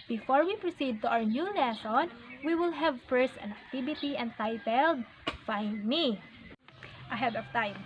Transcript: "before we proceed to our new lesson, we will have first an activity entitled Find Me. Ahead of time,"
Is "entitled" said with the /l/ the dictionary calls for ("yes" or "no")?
yes